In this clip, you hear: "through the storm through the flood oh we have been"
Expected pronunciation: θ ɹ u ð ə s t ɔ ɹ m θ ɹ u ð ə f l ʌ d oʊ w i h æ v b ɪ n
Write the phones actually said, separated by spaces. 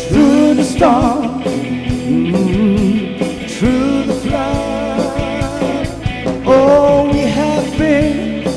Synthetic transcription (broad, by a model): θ ɹ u ð ə s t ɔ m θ ɹ u ð ə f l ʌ oʊ w i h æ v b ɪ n